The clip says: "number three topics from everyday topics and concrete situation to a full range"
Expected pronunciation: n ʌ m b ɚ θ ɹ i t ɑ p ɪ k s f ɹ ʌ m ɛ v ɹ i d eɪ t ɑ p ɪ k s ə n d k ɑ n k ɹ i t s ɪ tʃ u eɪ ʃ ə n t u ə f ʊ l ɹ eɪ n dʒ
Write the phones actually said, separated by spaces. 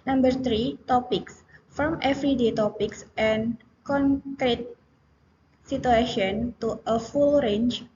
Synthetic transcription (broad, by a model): n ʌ m b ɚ t ɹ i t ɑ p ɪ k s f ɹ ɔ m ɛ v ɹ i d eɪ t ɑ p ɪ k s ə n k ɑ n k ɹ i t s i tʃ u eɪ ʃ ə n t u ə f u l ɹ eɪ n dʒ